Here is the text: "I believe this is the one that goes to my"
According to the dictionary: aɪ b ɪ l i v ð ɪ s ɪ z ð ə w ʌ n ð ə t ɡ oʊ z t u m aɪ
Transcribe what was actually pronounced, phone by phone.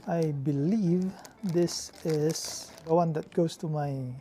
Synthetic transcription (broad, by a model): aɪ b ɪ l i v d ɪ s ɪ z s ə w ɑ n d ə t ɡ oʊ s t u m aɪ